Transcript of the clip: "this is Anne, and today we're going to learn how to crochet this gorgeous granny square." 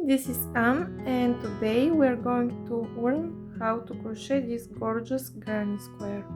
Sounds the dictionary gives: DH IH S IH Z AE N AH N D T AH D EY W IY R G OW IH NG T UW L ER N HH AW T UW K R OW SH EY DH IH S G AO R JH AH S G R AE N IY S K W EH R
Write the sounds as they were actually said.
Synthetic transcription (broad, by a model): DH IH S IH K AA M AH N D T AH D EY W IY R G OW IH NG T UW W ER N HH AW T UW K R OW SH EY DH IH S G AO R JH AH S G R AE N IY S K W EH R